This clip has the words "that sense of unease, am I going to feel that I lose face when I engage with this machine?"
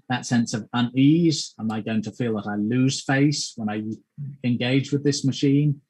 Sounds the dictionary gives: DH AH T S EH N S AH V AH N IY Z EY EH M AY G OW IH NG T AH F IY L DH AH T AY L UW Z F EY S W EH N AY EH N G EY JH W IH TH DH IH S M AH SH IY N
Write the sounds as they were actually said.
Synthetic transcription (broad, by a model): DH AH T S EH N S AH V AH N IY Z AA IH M AY G OW IH NG T AH F IY L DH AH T AY L UW Z F EY S W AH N AY EH N G EY JH W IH DH IH S M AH SH IY N